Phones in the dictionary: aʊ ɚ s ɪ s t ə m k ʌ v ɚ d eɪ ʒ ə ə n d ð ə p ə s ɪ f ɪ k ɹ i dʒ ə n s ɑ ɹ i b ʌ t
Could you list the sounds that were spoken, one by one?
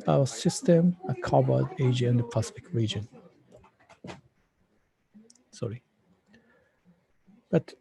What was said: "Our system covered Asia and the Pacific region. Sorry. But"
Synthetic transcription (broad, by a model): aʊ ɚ s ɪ s t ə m k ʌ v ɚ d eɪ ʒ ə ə n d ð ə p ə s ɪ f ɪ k ɹ i dʒ ə n s ɑ ɹ i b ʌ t